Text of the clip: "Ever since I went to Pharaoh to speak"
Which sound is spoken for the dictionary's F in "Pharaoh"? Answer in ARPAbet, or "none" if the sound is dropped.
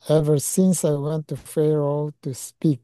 F